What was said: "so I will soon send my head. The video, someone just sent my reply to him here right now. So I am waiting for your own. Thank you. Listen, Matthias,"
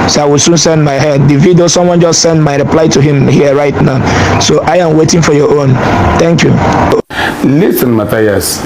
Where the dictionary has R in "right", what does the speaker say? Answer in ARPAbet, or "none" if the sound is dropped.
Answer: R